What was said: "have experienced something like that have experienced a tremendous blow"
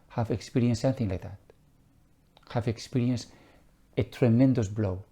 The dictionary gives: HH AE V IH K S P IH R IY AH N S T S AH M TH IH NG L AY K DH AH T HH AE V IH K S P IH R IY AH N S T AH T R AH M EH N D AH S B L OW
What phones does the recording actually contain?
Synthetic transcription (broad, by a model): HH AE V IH K S P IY R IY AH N S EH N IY TH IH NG L AY K DH AH T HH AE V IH K S P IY R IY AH N S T AH T R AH M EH N D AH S B L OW